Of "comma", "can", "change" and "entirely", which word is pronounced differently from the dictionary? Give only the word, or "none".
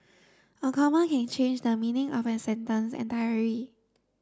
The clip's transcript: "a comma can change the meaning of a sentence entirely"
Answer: entirely